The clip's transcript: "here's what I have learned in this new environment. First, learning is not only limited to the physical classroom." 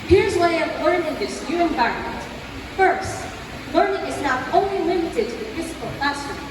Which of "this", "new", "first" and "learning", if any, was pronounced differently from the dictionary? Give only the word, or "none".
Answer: none